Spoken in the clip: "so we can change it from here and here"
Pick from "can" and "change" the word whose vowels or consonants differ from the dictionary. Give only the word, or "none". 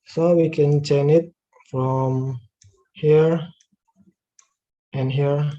change